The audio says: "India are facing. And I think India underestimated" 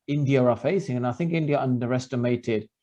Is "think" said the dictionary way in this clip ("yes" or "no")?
yes